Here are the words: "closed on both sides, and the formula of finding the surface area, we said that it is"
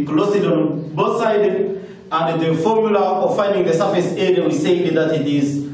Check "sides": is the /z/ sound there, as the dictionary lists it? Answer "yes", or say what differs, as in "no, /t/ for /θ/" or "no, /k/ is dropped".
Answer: no, /z/ is dropped